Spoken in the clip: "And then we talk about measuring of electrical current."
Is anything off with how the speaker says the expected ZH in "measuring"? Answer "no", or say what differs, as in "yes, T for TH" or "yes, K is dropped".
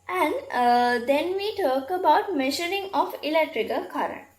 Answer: yes, SH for ZH